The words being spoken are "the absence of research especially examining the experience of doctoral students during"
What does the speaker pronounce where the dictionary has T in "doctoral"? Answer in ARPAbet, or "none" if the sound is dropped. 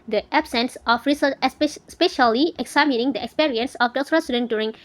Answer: S